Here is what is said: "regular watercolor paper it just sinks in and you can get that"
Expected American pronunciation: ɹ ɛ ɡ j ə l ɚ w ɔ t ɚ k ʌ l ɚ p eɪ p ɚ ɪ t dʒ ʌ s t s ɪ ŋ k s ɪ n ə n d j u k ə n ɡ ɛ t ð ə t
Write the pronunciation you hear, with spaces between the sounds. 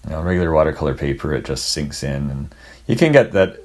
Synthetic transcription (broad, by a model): ɹ ɛ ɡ j l ɚ w ɔ t ɚ k ʌ l ɚ p eɪ p ɚ ɪ t dʒ ʌ s t s ɪ ŋ k s ɪ n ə n j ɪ k ə n ɡ ɛ t ð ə t